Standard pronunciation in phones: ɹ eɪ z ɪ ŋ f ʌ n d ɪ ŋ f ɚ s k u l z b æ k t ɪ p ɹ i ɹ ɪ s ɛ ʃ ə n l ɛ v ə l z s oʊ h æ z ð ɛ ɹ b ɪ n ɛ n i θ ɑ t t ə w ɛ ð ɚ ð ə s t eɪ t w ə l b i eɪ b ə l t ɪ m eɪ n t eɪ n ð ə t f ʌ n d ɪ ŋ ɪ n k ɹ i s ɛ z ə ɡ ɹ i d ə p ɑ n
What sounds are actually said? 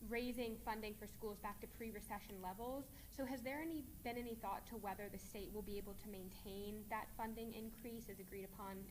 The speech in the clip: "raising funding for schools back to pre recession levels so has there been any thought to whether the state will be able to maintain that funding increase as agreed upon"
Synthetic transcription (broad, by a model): ɹ eɪ z ɪ ŋ f ʌ n d ɪ ŋ f ɚ s k u l z b æ k t ɪ p ɹ i ɹ ɪ s ɛ ʃ ə n l ɛ v l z s oʊ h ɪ z ð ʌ ɹ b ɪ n ɛ n i θ ɑ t t ə w ɛ ð ɚ ð ə s t eɪ t w ə l b i eɪ b l t ɪ m eɪ n t eɪ n ð ə t f ʌ n d ɪ ŋ ɪ n k ɹ i s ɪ z ə ɡ ɹ i d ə p ɑ n